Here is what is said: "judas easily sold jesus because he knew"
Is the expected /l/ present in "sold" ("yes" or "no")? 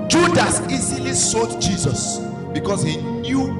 no